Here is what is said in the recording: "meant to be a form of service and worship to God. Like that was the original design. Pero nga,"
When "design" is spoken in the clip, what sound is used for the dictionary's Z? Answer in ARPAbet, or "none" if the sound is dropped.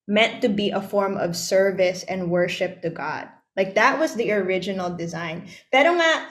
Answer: Z